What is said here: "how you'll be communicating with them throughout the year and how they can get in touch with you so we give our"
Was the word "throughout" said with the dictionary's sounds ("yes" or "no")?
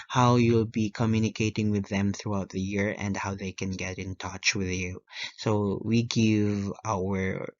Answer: yes